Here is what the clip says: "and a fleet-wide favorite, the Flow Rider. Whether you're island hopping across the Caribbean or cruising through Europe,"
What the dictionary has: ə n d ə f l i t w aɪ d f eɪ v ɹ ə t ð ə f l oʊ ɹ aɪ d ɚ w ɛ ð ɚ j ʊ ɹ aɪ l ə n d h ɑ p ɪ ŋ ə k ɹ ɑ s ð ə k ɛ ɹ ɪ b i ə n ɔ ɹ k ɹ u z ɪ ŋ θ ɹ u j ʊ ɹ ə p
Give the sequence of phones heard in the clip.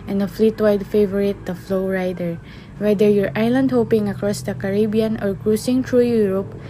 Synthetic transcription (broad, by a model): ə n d ə f l i t w aɪ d f eɪ v ɹ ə t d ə f l oʊ ɹ aɪ d ɚ w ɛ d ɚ j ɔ ɹ aɪ l ə n d h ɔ p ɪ ŋ ə k ɹ ɑ s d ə k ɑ ɹ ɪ b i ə n ɔ ɹ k ɹ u s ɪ ŋ t ɹ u j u ɹ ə p